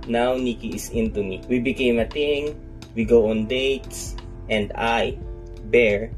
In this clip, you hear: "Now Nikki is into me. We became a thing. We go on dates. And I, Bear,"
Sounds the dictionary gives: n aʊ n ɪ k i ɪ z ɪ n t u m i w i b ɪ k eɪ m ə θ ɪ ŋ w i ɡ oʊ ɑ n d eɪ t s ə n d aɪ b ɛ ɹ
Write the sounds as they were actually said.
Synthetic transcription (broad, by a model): n aʊ n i k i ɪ s ɪ n t u m i w i b ɪ k eɪ m ə t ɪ ŋ w i ɡ oʊ ɑ n d eɪ t s ə n d aɪ b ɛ ɹ